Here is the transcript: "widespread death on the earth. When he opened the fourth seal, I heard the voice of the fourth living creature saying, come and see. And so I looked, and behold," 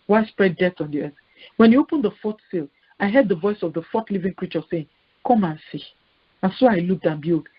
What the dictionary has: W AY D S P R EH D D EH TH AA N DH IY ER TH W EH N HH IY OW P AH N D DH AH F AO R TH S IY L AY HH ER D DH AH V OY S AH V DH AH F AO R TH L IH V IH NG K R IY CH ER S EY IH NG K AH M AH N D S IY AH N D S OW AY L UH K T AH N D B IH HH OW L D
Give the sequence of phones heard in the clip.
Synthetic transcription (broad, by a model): W AY S P R EH D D EH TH AA N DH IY ER TH W EH N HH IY OW P AH N D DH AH F AO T S IY L AY HH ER D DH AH V OY S AH V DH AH F AO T L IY V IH NG K R IY CH ER S EY IH NG K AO M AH N S IY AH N S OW AY L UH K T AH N B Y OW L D